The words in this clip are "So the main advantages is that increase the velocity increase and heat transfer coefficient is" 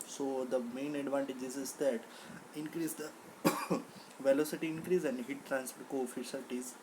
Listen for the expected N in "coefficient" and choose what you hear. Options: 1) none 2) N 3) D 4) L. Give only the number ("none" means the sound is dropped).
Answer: 4